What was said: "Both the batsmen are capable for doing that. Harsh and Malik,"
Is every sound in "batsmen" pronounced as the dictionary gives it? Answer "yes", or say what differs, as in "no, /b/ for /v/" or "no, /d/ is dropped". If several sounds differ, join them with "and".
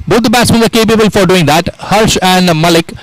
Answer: no, /m/ is dropped